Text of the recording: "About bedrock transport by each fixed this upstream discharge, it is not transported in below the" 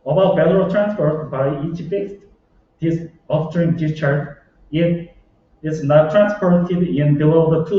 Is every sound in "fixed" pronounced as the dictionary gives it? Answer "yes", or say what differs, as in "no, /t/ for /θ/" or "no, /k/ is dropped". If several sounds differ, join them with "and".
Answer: no, /k/ is dropped